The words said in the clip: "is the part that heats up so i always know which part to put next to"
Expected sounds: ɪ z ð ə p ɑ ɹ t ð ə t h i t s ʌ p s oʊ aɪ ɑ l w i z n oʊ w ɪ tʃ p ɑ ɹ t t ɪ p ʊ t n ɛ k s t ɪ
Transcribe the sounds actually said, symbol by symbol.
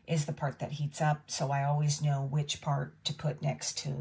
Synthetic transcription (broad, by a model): ɪ z ð ə p ɑ ɹ t ð ə t h i t s ʌ p s oʊ aɪ ɑ l w i z n oʊ w ɪ tʃ p ɑ ɹ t t ɪ p ʊ t n ɛ k s t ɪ